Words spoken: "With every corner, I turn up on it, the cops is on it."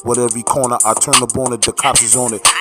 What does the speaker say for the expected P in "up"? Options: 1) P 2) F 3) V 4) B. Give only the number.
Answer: 4